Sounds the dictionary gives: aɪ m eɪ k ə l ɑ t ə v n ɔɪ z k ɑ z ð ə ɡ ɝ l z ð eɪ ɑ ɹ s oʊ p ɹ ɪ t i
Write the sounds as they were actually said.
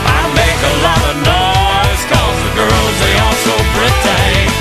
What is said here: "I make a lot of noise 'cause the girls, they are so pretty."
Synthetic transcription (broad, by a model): aɪ m eɪ k ə l ɑ t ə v n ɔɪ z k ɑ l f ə ɡ ɝ l z ð eɪ ɑ l s oʊ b ɹ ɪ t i